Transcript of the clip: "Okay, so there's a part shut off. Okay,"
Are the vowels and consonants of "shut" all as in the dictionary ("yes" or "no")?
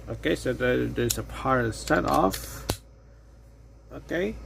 no